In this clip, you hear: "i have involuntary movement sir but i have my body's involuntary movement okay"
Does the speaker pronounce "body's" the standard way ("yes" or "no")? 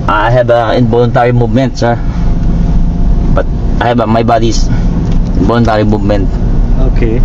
no